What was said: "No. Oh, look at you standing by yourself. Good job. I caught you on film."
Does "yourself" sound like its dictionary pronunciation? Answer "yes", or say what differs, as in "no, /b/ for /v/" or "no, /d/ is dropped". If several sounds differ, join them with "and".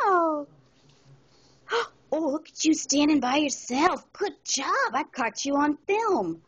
yes